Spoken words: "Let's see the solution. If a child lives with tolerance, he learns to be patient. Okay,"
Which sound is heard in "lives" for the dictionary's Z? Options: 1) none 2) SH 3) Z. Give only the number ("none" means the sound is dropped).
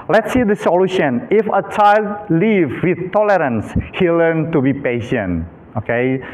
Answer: 1